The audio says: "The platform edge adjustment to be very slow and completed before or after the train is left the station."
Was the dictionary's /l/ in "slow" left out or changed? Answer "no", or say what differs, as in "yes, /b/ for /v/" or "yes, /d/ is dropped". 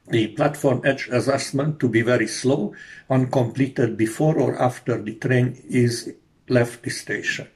no